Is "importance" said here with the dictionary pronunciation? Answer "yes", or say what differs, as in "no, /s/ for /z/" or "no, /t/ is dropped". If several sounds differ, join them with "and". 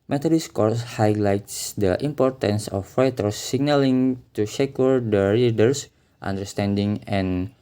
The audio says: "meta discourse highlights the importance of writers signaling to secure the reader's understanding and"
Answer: yes